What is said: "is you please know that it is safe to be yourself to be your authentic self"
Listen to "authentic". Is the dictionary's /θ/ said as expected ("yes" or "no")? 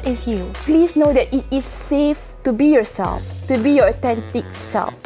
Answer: no